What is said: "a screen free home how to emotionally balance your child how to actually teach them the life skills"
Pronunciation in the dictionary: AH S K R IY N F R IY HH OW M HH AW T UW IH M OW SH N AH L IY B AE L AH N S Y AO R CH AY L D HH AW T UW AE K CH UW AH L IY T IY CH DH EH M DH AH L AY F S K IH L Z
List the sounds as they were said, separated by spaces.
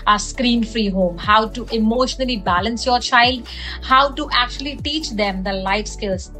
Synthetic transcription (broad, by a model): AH S K R IY N F R IY HH OW M HH AW T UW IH M OW SH N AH L IY B AE L AH N S Y AO R CH AY L D HH AW T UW AE K CH UW AH L IY T IY CH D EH M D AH L AY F S K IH L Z